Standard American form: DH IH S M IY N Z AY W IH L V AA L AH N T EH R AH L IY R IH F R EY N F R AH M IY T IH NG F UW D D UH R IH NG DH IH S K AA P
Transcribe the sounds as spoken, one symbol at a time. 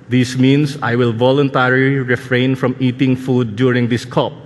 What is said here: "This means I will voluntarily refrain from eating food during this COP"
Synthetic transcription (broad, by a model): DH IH S M IY N S AY W IH L V AA L AH N T EH R AH L IY R IH F R EY N F R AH M IY T IH NG F UW D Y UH R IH NG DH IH S K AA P